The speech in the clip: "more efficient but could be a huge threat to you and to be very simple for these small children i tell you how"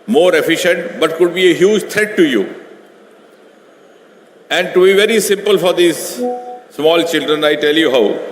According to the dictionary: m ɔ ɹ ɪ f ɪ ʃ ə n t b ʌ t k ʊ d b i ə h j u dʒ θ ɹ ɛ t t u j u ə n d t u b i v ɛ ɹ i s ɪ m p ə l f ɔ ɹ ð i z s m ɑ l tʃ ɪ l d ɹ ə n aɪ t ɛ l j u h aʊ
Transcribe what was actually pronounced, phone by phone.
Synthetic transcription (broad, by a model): m ɔ ɹ ɪ f ɪ ʃ ə n t b ʌ t k ʊ d b i ə h j u dʒ t ɹ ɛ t t u j u ə n d t u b i v ɛ ɹ i s ɪ m p ə l f ɔ ɹ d i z s m ɑ l tʃ ɪ l d ɹ ə n aɪ t ɛ l j u h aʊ